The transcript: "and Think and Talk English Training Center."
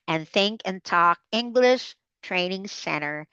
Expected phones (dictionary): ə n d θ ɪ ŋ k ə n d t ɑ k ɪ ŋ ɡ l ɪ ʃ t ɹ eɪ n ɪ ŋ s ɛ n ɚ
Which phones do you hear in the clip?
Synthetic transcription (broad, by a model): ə n θ ɪ ŋ k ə n t ɑ k ɪ ŋ ɡ l ɪ ʃ t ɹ eɪ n ɪ ŋ s ɛ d ɚ